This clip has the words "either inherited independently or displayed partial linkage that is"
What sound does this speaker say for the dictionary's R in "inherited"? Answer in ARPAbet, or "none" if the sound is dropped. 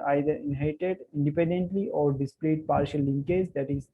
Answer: none